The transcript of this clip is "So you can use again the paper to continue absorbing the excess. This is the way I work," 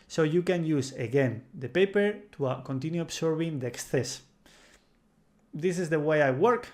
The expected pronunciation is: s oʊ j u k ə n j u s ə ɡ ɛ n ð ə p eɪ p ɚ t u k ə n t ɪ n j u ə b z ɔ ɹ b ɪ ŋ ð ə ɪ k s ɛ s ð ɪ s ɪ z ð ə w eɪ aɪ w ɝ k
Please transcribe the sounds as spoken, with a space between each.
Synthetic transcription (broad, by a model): s oʊ j u k ə n j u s ə ɡ ɛ n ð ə p eɪ p ɚ t u k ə n t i n j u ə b s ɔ ɹ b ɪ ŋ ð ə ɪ k s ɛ s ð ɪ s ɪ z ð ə w eɪ aɪ w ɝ k